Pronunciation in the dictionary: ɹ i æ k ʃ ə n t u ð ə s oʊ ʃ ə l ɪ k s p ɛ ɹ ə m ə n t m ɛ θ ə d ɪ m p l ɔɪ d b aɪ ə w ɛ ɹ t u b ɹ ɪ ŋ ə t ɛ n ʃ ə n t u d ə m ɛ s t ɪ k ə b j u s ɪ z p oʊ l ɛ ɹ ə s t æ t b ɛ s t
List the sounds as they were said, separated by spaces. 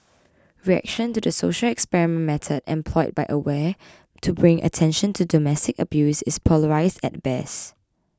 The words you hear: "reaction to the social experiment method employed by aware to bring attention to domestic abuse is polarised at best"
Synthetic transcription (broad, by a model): ɹ i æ k ʃ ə n t u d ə s oʊ ʃ ə l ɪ k s p ɛ ɹ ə m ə n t m ɛ t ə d ɪ m p l ɔɪ d b aɪ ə w ɛ t u b ɹ ɪ ŋ ə t ɛ n ʃ ə n t u d ə m ɛ s t ɪ k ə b j u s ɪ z p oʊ l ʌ ɹ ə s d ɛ t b ɛ s